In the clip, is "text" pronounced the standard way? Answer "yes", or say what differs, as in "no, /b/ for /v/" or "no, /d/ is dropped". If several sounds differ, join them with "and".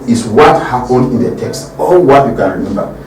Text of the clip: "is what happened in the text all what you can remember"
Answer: yes